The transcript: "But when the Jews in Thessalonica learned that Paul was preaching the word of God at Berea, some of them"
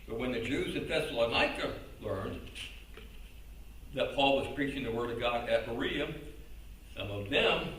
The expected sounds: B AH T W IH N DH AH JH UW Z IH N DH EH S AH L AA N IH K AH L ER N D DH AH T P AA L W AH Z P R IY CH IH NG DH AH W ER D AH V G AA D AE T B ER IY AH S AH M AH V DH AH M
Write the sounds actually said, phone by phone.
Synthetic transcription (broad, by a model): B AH T W IH N DH AH JH UW Z IH N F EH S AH N AA IH K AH L ER N DH AH T P AA L W AH Z P R IY CH IH NG DH AH W ER D AH V G AA D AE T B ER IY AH S AH M AH V DH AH M